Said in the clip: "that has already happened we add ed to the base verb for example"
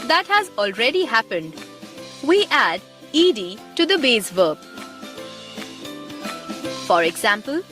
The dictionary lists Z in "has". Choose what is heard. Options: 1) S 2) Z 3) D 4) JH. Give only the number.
2